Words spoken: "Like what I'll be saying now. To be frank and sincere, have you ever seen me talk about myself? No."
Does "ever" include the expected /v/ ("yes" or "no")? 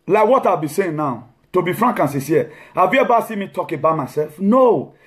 no